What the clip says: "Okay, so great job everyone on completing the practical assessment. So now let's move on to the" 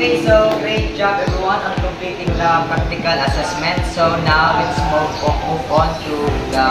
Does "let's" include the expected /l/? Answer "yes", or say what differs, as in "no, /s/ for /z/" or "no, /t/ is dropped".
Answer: no, /w/ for /l/